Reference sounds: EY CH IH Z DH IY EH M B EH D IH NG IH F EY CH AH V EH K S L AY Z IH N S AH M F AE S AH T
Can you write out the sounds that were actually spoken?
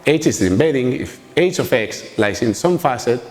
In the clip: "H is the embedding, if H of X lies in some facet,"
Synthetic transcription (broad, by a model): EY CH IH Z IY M B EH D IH NG IH F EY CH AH F EH K S L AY S IH N S AH M F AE S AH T